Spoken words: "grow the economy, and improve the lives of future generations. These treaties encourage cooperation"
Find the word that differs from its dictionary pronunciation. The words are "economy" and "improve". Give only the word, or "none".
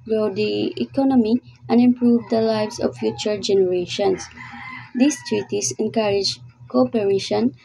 none